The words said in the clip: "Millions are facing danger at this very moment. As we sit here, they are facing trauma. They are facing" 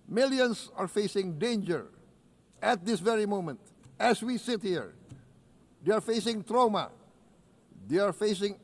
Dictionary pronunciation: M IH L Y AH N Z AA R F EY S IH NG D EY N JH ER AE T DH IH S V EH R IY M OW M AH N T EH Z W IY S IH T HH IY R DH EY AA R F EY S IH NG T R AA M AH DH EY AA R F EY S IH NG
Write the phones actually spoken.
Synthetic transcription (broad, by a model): M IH L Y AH N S AA R F EY S IH NG D EY N JH ER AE T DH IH S V EH R IY M OW M AH N T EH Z W IY S IH T HH IY R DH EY AA R F EY S IH NG T R AA M AH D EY AA R F EY S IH NG